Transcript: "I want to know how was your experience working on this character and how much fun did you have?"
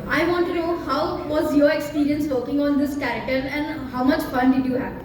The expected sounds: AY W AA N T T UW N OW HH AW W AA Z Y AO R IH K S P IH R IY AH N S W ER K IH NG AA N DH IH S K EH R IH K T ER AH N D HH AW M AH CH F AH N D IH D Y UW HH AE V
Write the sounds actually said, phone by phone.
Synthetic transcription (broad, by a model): AY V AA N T T UW N OW HH AW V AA Z Y AO R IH K S P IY R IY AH N S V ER K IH NG AA N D IH S K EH R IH K T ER AH N D HH AW M AH CH F AH N D IH D Y UW HH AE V